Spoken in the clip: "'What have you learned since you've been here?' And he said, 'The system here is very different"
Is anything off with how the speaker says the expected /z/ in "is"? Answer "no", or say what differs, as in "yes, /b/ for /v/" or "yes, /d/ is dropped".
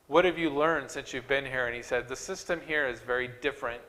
no